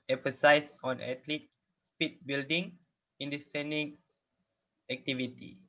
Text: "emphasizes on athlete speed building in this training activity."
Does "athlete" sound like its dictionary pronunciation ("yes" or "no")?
no